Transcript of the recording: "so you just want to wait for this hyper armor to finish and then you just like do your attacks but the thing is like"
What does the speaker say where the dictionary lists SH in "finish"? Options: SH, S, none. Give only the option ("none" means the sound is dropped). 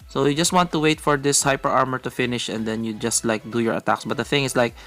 SH